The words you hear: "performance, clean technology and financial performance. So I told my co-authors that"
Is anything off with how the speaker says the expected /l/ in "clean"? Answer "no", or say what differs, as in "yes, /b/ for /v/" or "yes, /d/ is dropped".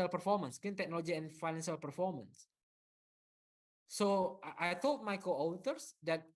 yes, /l/ is dropped